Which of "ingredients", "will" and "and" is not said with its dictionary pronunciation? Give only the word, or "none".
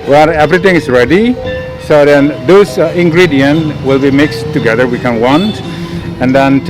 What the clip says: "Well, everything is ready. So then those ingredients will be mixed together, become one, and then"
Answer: ingredients